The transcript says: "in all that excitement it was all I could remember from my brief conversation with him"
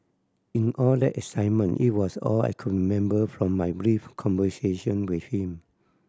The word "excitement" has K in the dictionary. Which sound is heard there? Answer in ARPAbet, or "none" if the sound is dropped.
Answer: none